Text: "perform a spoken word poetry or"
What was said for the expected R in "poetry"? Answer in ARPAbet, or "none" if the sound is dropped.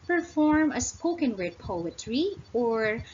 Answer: R